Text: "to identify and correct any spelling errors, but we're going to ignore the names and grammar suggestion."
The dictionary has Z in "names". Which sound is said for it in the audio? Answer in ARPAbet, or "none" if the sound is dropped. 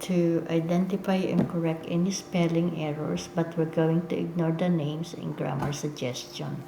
S